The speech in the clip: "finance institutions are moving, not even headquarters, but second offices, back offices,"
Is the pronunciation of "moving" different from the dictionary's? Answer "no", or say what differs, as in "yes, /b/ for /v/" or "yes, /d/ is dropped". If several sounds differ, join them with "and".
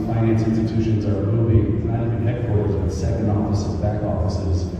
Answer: yes, /b/ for /v/